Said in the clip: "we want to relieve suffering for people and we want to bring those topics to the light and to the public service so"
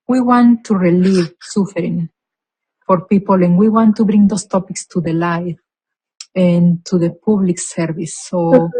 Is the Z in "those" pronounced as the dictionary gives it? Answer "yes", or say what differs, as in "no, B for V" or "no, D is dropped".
no, S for Z